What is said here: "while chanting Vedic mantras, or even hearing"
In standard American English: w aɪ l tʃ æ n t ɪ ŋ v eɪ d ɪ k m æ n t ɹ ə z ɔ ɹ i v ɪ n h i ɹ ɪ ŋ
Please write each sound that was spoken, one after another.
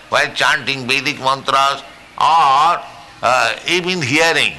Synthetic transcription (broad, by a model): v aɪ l tʃ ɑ n t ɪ ŋ b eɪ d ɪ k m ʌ n t ɹ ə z ɔ ɹ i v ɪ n h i ɹ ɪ ŋ